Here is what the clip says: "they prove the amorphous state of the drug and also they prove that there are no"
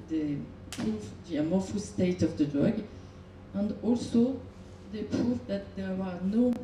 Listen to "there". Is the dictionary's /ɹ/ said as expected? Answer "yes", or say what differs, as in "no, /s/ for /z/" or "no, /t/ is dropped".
no, /w/ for /ɹ/